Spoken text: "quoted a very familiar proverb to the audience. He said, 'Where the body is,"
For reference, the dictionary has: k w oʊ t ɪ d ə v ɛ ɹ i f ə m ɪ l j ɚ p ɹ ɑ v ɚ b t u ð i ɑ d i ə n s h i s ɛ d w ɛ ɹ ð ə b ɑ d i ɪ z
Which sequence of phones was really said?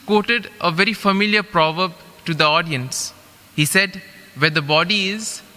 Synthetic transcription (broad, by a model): k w oʊ t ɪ d ə v ɛ ɹ i f ə m ɪ l j ɚ p ɹ ɑ v ɚ b t u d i ɑ d i ə n s h i s ɛ d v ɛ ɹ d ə b ɑ d i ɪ z